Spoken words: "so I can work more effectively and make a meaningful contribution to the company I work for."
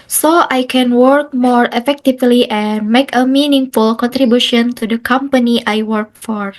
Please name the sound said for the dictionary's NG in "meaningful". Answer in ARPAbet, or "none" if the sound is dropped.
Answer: NG